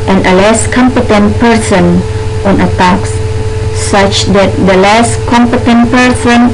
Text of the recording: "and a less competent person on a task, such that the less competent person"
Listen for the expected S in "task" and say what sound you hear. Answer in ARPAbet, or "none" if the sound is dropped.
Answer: none